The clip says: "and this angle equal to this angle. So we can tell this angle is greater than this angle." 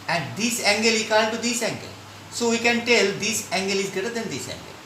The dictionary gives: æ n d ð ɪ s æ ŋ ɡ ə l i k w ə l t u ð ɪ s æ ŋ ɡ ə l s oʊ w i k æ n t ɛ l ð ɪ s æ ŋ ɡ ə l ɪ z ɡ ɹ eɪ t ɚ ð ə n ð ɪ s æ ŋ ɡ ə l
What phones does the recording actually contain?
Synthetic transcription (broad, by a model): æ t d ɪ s æ ŋ ɡ ə l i k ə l t u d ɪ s æ ŋ ɡ ə l s oʊ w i k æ n t ɛ l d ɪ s æ ŋ ɡ ə l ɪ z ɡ eɪ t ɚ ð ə n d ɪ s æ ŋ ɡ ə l